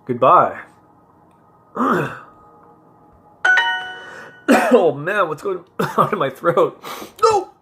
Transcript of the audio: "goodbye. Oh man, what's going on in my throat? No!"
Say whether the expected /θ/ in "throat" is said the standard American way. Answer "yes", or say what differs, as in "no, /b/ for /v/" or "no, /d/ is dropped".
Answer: yes